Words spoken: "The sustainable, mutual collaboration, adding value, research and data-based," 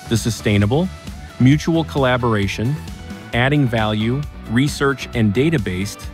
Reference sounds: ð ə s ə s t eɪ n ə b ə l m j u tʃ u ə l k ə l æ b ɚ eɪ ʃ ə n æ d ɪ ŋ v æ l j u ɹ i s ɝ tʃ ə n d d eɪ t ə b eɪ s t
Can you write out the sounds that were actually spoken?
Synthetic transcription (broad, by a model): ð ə s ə s t eɪ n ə b l m j u tʃ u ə l k ə l æ b ɚ eɪ ʃ ə n æ d ɪ ŋ v æ l j u ɹ i s ɝ tʃ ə n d d eɪ t ə b eɪ s t